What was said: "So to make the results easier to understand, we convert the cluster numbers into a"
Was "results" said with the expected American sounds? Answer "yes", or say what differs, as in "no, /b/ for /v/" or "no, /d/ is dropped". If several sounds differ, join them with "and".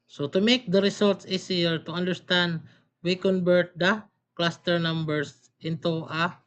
no, /s/ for /z/